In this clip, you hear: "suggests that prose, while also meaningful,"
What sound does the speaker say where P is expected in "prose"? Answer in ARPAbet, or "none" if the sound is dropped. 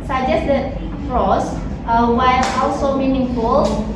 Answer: F